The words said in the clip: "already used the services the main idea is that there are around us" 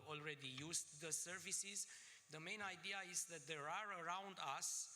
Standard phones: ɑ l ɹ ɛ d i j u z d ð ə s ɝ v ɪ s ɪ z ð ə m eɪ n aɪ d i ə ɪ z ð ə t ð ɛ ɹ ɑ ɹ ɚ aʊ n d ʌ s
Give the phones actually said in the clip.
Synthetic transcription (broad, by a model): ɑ l ɹ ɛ d i j u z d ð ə s ɝ v ɪ s ɪ z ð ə m eɪ n aɪ d i ə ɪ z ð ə t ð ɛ ɹ ɑ ɹ ɚ aʊ n d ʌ s